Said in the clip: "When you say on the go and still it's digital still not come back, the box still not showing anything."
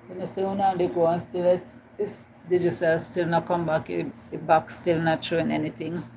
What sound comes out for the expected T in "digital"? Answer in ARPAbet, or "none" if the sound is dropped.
S